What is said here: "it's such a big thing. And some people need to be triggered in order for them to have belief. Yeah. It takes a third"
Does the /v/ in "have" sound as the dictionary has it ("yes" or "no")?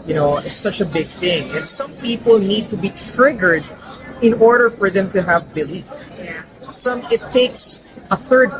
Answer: yes